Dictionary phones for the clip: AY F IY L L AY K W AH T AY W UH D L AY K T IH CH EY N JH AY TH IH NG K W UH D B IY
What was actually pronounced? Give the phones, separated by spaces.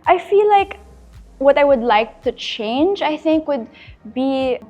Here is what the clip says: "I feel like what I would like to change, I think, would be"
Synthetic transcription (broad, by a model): AY F IY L L AY K W AH T AY W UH D L AY K T IH CH EY N JH AY TH IH NG K W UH D B IY